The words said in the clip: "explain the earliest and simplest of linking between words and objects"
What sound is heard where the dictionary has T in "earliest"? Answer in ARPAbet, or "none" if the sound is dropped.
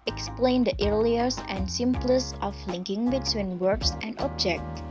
none